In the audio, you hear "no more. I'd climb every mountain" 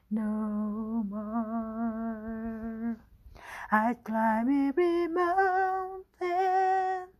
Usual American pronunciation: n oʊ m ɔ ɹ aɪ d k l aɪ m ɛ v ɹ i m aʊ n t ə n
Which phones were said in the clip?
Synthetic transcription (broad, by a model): n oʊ m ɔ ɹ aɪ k l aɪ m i ɹ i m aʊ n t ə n